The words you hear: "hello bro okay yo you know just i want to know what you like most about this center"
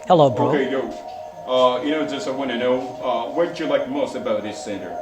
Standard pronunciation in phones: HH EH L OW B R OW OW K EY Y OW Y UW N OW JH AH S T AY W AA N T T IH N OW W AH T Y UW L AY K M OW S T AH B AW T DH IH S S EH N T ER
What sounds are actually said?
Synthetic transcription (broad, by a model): HH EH L OW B OW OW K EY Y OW Y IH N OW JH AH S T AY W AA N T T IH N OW W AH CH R L AY K M OW S T AH B AW T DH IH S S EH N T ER